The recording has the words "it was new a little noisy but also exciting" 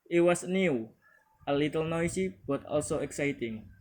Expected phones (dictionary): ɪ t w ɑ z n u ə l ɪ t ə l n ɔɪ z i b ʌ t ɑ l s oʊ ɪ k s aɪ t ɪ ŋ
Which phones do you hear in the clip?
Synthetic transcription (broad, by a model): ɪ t w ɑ s n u ə l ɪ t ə l n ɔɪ s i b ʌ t ɑ l s oʊ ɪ k s aɪ t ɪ ŋ